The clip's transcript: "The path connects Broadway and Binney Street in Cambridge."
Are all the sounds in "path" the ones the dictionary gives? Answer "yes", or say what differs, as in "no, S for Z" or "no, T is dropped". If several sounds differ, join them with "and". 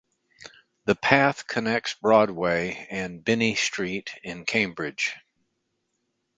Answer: yes